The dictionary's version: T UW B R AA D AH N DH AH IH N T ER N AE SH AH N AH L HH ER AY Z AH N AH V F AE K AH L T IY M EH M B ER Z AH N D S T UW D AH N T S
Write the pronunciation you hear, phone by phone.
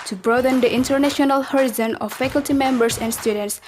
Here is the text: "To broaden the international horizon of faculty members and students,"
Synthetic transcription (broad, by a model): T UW B R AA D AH N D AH IH N T ER N AE SH AH N AH L HH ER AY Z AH N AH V F AE K AH L T IY M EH M B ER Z AH N D S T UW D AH N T S